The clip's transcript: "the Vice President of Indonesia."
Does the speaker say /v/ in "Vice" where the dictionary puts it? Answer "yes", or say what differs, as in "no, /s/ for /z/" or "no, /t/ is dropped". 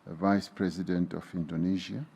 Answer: yes